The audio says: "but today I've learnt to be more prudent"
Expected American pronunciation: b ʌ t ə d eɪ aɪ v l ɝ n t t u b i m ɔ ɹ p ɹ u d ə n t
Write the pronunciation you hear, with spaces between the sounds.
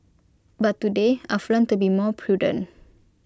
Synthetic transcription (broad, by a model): b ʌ t ə d eɪ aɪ f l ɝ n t t u b i m ɔ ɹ p ɹ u d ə n